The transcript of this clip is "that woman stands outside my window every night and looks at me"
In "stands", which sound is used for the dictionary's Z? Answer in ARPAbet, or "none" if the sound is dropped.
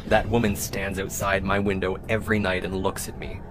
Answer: Z